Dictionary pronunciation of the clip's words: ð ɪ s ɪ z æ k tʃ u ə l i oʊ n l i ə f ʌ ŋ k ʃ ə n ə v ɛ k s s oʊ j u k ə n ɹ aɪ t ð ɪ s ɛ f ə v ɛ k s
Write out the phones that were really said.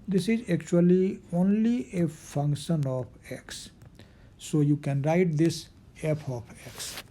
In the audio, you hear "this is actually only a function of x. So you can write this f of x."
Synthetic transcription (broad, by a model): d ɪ s ɪ z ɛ k tʃ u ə l i oʊ n l i ə f ʌ ŋ k ʃ ə n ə p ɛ k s s oʊ j u k ə n ɹ aɪ t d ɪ s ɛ p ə p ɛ k s